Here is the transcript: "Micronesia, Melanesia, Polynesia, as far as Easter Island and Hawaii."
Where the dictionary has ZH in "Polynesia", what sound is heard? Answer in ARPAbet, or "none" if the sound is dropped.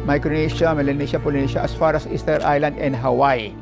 SH